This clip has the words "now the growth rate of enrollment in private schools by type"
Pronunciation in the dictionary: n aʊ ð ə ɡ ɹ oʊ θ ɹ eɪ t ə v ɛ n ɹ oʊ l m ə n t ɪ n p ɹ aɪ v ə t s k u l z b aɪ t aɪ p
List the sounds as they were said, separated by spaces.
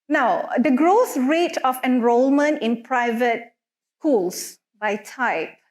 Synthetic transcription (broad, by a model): n aʊ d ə ɡ ɹ oʊ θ ɹ eɪ t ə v ɛ n ɹ oʊ l m ə n t ɪ n p ɹ aɪ v ə t s k u l s b aɪ t aɪ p